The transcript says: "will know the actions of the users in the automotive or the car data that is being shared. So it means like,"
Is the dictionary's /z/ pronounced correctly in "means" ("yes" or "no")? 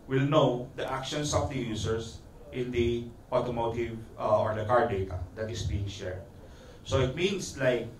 no